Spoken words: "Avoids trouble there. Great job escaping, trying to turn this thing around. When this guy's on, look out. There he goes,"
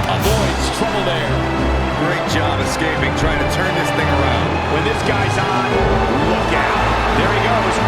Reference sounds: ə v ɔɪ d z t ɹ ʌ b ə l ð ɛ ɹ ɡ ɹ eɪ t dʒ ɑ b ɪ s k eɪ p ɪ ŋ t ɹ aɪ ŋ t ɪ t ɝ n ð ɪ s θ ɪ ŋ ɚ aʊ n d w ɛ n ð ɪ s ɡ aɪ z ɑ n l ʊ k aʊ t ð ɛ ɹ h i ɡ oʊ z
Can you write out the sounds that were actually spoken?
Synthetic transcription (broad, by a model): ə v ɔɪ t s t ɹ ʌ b l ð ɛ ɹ ɡ ɹ eɪ t dʒ ɑ b ɪ s k eɪ p ɪ ŋ t ɹ aɪ ŋ t ɪ t ɝ n ð ɪ s θ ɪ ŋ ɚ aʊ n d w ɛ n ð ɪ s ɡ aɪ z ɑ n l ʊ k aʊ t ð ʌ ɹ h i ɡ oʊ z